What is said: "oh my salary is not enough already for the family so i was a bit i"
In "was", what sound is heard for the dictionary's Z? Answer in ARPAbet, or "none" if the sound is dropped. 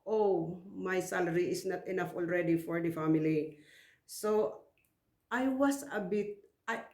S